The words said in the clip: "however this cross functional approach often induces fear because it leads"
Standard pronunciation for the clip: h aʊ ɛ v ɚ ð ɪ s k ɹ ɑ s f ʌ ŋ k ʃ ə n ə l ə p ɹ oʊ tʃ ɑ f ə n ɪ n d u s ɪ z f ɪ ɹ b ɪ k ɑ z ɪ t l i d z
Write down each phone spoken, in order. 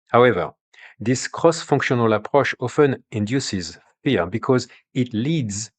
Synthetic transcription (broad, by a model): h aʊ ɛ v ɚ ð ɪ s k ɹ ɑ s f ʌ ŋ k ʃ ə n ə l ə p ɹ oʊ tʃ ɑ f ə n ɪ n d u s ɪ z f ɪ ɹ b ɪ k ɑ z ɪ t l i d z